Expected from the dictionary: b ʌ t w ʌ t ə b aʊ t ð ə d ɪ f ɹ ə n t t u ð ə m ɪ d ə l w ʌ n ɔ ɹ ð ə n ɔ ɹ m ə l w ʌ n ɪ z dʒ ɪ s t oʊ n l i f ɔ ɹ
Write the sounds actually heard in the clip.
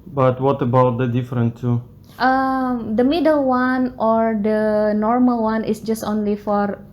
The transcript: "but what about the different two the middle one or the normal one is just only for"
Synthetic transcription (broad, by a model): b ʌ t w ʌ t ə b aʊ t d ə d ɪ f ɹ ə n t t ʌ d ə m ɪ d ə l w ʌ n ɔ ɹ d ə n ɔ ɹ m ə l w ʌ n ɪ s dʒ ɪ s t oʊ n l i f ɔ ɹ